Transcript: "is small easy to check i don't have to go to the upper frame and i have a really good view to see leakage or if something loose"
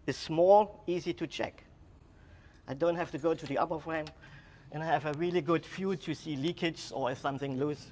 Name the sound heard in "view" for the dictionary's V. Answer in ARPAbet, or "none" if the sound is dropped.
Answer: F